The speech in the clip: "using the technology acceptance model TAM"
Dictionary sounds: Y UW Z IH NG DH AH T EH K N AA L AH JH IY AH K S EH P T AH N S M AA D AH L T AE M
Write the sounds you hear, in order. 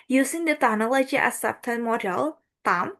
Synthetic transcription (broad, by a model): Y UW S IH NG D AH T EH N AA L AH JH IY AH S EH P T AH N M AA D AH L T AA M